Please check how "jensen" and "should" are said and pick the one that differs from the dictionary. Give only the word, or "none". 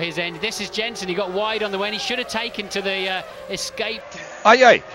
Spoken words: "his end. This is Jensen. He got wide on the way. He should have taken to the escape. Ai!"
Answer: none